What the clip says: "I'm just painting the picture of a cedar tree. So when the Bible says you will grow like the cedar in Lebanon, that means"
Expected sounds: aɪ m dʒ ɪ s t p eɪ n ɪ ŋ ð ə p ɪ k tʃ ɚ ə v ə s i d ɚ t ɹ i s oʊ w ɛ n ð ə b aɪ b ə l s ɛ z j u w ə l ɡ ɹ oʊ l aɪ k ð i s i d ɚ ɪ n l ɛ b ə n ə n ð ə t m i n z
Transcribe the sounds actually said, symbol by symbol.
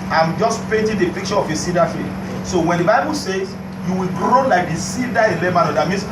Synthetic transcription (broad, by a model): aɪ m dʒ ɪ s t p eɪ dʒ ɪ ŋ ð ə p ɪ k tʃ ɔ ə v ə s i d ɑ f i s oʊ w ɛ n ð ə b aɪ b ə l s ɛ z j u w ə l ɡ ɹ oʊ l aɪ k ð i s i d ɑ ɪ n l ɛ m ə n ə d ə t m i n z